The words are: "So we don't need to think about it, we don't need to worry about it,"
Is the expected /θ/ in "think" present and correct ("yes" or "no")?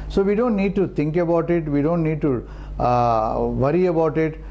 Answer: no